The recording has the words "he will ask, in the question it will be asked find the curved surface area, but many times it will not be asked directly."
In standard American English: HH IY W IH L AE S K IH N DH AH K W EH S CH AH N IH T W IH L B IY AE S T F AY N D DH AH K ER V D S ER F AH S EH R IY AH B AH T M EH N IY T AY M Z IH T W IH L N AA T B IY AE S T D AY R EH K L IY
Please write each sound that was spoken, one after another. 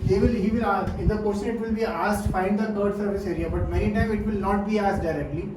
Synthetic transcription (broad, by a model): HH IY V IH L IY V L IH N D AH K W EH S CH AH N IH T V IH L B IY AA S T F AY N D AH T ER D S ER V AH S EH R IY AH B AH T M EH N IY T AY M IH T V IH L N AA T B IY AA S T D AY R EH K L IY